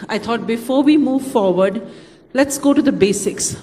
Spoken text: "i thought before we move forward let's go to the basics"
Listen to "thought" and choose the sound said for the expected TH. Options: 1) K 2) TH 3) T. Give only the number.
3